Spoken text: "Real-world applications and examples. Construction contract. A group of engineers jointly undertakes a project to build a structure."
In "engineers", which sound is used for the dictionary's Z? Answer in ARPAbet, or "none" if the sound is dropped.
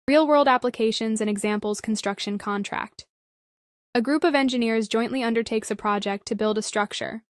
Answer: Z